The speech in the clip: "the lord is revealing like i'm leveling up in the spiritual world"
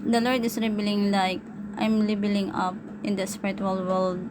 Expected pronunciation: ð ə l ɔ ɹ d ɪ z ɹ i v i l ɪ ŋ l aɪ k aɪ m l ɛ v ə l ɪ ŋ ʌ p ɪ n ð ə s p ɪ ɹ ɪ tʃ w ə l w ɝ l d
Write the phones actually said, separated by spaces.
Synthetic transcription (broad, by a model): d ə l ɔ ɹ d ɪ s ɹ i b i l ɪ ŋ l aɪ k aɪ m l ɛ b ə l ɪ ŋ ʌ p ɪ n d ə s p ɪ ɹ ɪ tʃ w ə l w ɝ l d